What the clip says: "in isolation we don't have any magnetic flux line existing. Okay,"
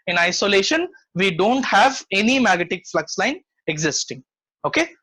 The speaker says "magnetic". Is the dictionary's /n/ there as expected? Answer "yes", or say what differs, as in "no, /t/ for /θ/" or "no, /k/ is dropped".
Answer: no, /n/ is dropped